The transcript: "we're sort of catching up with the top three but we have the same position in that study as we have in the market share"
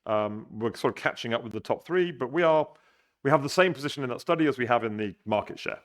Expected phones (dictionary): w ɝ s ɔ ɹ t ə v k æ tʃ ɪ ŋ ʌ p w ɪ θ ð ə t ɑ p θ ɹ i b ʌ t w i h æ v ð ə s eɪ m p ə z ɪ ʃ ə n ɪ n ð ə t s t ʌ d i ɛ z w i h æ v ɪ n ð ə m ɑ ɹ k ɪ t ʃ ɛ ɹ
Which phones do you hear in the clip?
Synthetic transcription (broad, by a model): w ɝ s ɔ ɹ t ə v k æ tʃ ɪ ŋ ʌ p w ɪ ð ə t ɑ p θ ɹ i b ʌ t w i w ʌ v ð ə s eɪ m p ə z ɪ ʃ ə n ɪ n ð ə t s t ʌ d i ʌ z w i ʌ v ɪ n ð ə m ɑ k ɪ t ʃ ɛ